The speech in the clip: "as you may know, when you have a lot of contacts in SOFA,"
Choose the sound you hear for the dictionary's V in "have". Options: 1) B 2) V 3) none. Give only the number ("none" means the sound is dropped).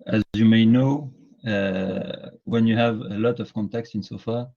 2